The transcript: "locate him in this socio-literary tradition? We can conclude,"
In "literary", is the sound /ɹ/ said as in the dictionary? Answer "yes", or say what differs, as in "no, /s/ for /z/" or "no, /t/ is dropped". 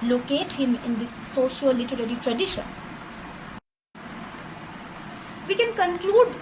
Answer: yes